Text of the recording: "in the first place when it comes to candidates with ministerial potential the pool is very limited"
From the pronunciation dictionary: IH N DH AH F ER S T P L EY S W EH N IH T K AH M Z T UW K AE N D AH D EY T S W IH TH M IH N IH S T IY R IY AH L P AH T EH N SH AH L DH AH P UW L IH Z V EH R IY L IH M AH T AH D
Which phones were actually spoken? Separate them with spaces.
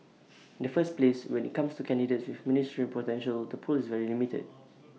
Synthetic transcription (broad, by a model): IH N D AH F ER S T P L EY S W EH N IH T K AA M S T UW K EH N D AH D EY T S W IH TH M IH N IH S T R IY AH N P AH T EH N SH AH L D AH P UW L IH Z V EH R IY L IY M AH T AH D